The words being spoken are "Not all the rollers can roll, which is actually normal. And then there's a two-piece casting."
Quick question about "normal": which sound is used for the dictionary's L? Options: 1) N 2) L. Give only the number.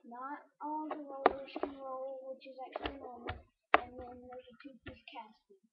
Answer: 1